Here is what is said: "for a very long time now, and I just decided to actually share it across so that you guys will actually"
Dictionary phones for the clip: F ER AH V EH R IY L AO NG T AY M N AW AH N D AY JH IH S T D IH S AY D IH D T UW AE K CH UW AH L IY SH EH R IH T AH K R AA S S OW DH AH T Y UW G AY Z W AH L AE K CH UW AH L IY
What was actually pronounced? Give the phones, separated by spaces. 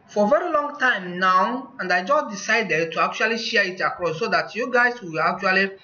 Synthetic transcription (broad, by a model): F AH V EH R IY L AO NG T AY M N AW AH N D AY JH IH S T D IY S AY D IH D T UW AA K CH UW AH L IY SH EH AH IH T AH K R AA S S OW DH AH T Y UW G AY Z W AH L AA K CH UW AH L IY